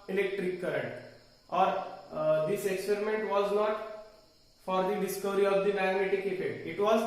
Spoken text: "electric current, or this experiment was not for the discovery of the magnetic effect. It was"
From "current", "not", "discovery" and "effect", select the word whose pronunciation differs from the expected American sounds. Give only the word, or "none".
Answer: effect